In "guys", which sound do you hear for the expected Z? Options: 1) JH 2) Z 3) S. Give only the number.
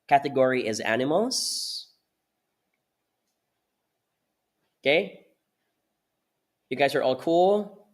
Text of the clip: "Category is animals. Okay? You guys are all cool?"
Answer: 2